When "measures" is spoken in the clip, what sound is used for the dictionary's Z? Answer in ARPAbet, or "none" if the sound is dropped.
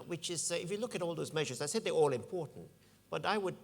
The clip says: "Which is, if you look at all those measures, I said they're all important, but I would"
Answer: Z